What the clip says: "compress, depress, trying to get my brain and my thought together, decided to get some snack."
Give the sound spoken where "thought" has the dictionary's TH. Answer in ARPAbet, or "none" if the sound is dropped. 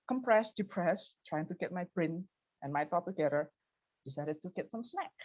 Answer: T